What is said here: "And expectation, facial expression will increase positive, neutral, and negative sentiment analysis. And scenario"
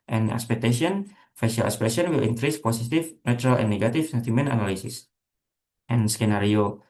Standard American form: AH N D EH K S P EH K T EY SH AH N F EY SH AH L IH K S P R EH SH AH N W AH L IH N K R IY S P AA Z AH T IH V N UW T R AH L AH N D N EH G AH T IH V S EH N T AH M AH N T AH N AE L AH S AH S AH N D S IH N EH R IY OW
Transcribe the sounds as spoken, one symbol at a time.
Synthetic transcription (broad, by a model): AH N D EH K S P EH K T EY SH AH N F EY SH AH L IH S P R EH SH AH N W AH L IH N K R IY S P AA S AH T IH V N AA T R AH L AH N N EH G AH T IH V S EH N T AH M AH N T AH N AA L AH S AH S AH N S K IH N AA R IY OW